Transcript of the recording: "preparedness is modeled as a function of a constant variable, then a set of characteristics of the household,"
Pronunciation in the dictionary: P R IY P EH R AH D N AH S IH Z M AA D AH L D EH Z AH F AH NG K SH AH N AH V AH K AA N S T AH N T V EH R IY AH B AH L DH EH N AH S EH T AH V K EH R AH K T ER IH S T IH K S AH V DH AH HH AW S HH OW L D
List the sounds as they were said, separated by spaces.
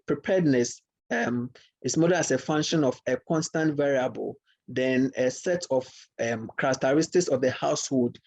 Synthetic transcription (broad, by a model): P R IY P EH D N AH S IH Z M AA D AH D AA S AH F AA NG K SH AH N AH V AH K AA N S T AH N T V EH R IY AH B AH L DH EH N AH S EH T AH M K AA R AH K T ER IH S T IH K S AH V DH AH HH AW S HH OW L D